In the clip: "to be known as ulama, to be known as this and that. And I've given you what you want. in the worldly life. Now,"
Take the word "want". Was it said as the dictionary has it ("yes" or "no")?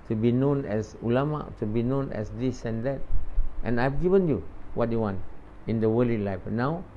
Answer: yes